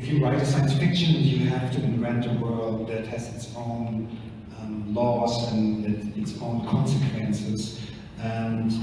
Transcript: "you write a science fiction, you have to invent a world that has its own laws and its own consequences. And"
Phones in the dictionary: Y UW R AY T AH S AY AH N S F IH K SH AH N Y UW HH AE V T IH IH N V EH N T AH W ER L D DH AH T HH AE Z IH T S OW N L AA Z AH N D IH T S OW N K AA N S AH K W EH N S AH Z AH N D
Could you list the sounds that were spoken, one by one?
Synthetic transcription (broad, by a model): Y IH R AY T AH S AY AH N S F IH K SH AH N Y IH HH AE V T IH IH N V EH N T AH W ER L D DH AH T HH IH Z IH T S OW N L AA S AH N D IH T S OW N K AA N S AH K W EH N S AH Z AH N